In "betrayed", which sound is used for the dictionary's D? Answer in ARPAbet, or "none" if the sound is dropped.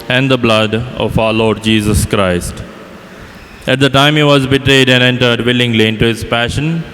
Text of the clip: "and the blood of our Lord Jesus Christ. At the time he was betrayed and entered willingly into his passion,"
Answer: D